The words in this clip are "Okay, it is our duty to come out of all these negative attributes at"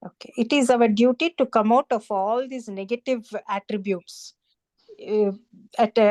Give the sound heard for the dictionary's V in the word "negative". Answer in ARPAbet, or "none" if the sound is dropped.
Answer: V